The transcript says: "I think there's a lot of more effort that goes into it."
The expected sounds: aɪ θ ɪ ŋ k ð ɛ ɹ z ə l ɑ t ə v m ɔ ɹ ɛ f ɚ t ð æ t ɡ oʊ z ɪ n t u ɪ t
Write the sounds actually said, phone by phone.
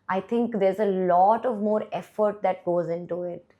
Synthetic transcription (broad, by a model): aɪ t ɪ ŋ k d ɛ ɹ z ə l ɑ t ə v m ɔ ɹ ɛ f ɚ t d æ t ɡ oʊ z ɪ n t u ɪ t